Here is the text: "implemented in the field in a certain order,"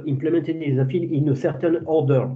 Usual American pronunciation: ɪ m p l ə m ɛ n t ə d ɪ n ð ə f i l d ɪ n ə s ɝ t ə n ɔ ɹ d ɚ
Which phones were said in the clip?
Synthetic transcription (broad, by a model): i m p l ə m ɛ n t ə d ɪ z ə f i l ɪ n ə s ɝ t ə n ɔ ɹ d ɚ